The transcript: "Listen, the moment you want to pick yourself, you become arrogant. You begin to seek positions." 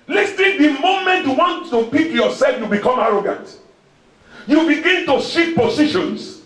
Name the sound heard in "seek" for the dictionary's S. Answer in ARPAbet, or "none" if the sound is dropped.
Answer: SH